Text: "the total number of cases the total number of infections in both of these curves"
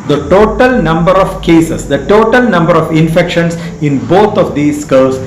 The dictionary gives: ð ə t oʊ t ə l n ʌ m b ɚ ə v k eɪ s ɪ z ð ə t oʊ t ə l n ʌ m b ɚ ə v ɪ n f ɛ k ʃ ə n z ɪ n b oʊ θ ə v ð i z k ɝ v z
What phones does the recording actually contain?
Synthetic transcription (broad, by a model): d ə t oʊ t ə l n ʌ m b ɚ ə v k eɪ s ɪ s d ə t oʊ t ə l n ʌ m b ɚ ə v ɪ n f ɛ k ʃ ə n s ɪ n b oʊ t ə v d i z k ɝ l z